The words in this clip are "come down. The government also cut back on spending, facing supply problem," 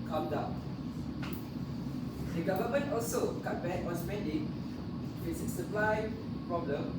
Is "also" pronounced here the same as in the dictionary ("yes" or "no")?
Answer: yes